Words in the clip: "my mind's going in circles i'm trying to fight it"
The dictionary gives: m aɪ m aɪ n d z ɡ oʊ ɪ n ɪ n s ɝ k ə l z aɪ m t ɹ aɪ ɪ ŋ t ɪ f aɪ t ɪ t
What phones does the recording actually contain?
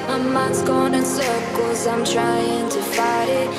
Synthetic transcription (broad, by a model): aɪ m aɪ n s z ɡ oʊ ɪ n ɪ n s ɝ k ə z aɪ m t ɹ aɪ ɪ ŋ t ɪ f aɪ t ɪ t